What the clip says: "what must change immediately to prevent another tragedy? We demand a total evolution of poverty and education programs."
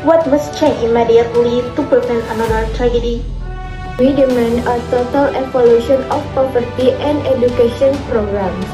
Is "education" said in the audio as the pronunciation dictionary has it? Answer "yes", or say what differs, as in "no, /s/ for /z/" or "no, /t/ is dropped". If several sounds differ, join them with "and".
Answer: no, /ʃ/ is dropped